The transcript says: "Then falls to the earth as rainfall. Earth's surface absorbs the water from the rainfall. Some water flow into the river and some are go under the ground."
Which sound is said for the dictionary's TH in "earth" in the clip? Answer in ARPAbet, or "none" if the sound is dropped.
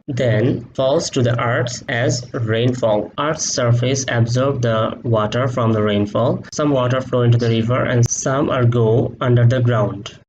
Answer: S